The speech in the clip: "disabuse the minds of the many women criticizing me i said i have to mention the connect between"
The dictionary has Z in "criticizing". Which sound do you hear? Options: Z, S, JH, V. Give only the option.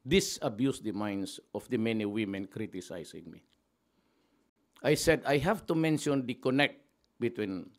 S